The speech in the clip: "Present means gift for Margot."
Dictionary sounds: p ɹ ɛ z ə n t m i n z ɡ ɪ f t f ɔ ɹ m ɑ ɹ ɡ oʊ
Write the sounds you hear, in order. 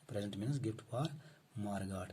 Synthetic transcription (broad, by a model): p ɹ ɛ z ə n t m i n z ɡ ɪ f t p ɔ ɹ m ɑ ɹ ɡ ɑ